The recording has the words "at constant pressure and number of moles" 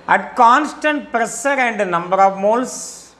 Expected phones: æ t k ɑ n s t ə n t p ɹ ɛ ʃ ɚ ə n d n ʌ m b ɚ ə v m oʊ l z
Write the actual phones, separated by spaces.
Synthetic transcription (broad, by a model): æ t k ɑ n s t ə n t p ɹ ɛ s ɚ ə n d n ʌ m b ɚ ə v m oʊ l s